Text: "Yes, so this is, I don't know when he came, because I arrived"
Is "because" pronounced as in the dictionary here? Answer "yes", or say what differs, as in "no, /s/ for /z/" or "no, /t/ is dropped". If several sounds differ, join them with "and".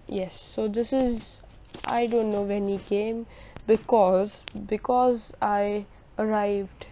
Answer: yes